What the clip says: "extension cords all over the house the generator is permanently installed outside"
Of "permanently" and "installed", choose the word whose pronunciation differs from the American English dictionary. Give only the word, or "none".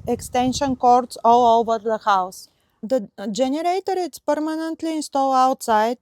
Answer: installed